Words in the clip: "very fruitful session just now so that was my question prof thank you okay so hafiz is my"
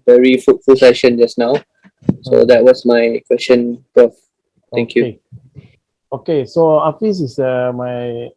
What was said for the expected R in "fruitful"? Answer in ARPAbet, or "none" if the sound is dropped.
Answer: none